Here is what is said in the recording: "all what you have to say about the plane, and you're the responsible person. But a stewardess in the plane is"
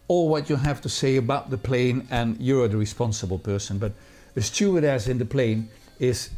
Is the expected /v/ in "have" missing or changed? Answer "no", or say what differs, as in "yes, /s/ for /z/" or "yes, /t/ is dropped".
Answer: yes, /f/ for /v/